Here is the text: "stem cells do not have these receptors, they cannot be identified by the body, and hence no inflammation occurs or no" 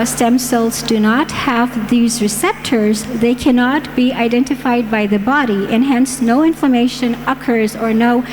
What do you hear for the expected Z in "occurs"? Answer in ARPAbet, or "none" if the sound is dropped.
Z